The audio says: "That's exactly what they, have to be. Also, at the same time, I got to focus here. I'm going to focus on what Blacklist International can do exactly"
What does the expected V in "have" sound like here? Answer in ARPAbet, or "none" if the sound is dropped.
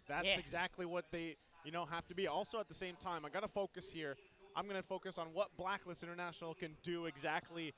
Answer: F